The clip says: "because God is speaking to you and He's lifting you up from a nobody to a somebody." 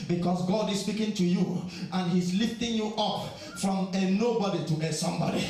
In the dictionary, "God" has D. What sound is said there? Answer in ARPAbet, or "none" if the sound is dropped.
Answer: D